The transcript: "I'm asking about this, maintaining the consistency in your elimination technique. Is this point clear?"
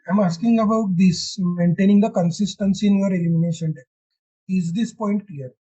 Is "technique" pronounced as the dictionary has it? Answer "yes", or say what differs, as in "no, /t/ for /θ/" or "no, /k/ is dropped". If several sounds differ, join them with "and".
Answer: no, /n/ is dropped